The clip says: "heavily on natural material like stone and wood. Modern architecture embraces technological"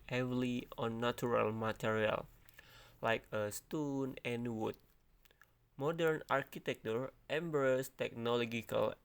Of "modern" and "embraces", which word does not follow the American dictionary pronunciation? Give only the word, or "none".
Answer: embraces